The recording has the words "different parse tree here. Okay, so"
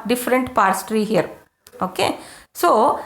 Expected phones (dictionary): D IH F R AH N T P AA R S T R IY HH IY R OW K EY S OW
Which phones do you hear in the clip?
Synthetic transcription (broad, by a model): D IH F R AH N T P AA R S T R IY HH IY R OW K EY S OW